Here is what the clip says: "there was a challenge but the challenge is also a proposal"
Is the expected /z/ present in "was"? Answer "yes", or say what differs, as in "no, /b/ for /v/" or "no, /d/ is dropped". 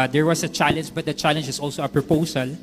no, /s/ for /z/